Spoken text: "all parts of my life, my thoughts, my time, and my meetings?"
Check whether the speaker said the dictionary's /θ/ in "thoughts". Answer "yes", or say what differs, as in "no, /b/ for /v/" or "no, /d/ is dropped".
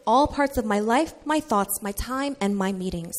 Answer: yes